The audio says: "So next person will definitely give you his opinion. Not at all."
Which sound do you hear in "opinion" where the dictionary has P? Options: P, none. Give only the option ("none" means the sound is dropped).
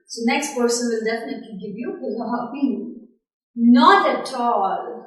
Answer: none